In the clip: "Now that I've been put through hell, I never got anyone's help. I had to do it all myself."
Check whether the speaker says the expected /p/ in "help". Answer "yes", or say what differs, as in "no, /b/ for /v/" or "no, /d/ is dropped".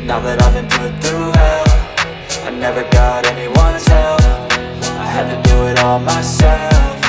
no, /f/ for /p/